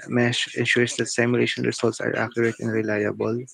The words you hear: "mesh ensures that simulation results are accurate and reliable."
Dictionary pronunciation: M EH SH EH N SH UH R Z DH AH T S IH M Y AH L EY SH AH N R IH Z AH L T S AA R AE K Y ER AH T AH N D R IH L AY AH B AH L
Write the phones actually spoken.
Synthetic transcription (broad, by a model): M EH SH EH N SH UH R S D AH T S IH M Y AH L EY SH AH N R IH S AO L T S AA R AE K Y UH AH T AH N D R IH L AY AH B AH L